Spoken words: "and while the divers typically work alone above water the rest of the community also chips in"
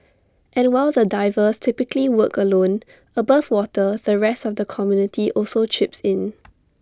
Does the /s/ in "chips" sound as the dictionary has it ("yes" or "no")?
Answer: yes